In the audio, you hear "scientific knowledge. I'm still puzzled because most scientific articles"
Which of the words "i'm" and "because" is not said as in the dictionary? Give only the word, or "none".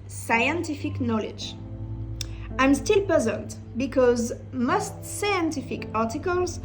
none